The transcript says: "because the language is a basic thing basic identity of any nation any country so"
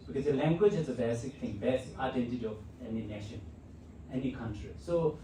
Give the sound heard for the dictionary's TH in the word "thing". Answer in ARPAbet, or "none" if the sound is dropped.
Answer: T